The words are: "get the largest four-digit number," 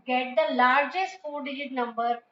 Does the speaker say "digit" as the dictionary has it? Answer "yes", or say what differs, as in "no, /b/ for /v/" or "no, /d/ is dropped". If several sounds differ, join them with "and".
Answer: no, /dʒ/ is dropped